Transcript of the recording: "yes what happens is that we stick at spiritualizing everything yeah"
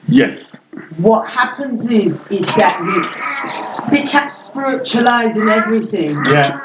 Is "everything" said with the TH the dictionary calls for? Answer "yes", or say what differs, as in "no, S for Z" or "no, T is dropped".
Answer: yes